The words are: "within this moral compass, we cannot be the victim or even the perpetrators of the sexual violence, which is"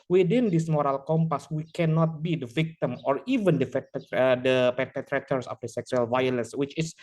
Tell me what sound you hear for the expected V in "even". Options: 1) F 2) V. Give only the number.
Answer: 2